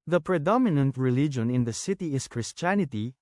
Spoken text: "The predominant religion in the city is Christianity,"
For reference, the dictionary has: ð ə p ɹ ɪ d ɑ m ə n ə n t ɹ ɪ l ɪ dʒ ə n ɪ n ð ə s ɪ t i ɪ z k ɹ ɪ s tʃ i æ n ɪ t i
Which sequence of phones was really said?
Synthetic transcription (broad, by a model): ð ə p ɹ ɪ d ɑ m ə n ə n t ɹ ɪ l ɪ dʒ ə n ɪ n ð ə s ɪ t i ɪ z k ɹ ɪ s tʃ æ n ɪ t i